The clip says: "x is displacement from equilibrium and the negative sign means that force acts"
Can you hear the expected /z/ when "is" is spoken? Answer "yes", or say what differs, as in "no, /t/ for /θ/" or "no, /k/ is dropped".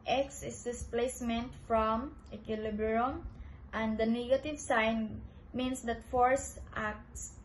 no, /s/ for /z/